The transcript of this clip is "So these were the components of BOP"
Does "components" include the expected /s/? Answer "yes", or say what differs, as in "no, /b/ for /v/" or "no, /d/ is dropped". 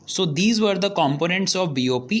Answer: yes